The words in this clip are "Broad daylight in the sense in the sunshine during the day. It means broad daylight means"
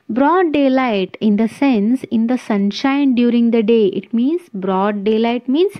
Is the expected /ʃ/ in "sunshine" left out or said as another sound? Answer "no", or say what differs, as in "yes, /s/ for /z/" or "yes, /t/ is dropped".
no